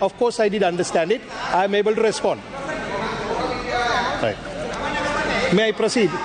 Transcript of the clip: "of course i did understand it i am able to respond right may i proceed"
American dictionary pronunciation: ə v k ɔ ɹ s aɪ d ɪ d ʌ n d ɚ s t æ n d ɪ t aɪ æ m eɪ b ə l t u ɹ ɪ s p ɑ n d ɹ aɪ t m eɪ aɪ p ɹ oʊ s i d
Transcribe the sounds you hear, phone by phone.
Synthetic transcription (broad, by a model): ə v k ɔ ɹ s aɪ d ɪ d ʌ n d ɚ s t æ n d ɪ t aɪ m eɪ b ə l t u ɹ ɪ s p ɑ n d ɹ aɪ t m eɪ aɪ p ɹ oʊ s i d